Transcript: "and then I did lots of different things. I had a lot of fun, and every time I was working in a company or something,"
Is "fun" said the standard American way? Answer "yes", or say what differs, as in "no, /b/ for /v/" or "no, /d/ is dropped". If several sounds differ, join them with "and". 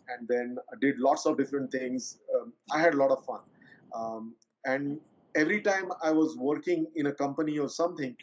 yes